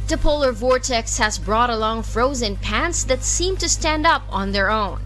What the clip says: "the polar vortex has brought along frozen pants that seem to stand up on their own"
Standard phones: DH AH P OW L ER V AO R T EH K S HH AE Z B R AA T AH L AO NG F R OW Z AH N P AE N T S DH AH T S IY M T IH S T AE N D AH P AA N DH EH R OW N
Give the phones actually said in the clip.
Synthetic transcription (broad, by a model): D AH P OW L ER V AO R T EH K S HH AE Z B R AA T AH L AO NG F R OW Z AH N P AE N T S DH AH T S IY M T IH S T AE N D AH P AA N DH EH R OW N